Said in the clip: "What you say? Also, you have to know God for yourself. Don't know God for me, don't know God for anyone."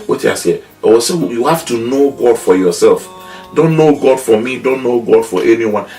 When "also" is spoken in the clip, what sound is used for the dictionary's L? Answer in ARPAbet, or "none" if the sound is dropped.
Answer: none